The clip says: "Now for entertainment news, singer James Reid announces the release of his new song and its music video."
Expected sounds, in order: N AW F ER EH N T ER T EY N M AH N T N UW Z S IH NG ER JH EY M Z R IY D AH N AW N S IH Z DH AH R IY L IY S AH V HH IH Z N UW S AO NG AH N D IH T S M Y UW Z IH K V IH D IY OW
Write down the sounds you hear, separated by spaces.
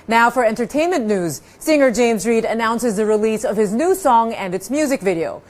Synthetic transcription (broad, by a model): N AW F ER EH N T ER T EY N M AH N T N UW Z S IH NG ER JH EY M Z R IY D AH N AW N S IH Z DH AH R IY L IY S AH V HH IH Z N UW S AO NG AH N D IH T S M Y UW Z IH K V IH D IY OW